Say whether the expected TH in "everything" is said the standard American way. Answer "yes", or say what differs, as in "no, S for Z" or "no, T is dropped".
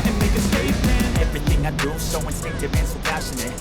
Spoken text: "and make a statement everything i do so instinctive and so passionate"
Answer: yes